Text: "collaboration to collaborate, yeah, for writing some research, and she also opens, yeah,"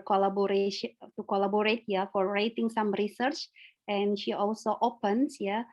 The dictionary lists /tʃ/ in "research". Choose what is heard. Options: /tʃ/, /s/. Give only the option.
/tʃ/